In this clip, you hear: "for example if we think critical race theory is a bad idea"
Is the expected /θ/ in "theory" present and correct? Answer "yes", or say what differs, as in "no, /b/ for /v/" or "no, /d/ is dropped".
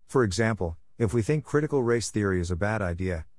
yes